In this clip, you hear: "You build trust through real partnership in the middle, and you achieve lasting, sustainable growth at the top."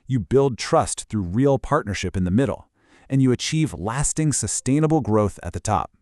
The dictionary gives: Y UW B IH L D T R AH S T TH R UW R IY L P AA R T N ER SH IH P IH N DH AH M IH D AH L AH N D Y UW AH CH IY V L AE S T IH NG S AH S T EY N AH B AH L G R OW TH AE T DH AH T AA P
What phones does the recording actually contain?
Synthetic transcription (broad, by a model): Y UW B IH L D T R AH S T TH R UW R IY L P AA R T N ER SH IH P IH N DH AH M IH D L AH N Y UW AH CH IY V L AE S T IH NG S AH S T EY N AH B L G R OW TH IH T DH AH T AA P